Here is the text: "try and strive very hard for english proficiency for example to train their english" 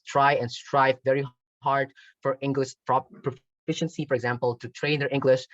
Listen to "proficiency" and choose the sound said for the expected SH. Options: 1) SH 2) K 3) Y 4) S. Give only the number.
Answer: 1